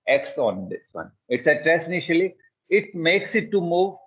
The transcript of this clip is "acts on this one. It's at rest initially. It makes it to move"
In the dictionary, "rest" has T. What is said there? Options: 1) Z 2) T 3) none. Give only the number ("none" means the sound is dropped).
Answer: 3